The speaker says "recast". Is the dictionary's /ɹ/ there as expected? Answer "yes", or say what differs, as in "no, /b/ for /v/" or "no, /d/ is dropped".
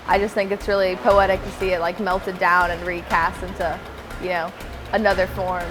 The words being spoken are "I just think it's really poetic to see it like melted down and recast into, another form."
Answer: yes